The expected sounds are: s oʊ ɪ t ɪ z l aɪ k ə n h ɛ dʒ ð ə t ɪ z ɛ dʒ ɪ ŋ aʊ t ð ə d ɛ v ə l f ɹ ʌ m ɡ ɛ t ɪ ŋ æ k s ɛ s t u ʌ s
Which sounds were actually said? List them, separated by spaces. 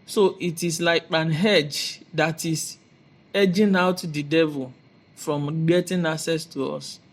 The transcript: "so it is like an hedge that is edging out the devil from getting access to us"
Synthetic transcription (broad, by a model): s oʊ ɪ t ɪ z l aɪ k ə n h ɛ dʒ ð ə t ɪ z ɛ dʒ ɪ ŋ aʊ t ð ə d ɛ v ə l f ɹ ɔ m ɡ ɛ t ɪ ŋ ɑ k s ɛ s t u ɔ s